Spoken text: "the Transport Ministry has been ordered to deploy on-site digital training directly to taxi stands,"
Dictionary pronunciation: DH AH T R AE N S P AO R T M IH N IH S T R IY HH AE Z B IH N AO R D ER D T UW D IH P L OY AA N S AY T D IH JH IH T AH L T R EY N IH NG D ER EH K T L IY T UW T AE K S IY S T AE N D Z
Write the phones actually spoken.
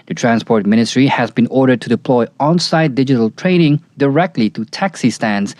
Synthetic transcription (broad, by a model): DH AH T R AE N S P AO R T M IH N IH S T R IY HH AE Z B IH N AO R D ER D T UW D IH P L OY AA N S AY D D IH JH IH T AH L T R EY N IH NG D ER EH K T L IY T UW T AE K S IY S T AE N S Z